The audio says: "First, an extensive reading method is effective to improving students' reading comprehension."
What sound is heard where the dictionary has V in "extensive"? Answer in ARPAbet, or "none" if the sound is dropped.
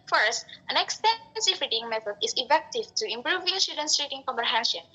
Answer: F